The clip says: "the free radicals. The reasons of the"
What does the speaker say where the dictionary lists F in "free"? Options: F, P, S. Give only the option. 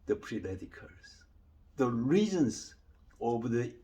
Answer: P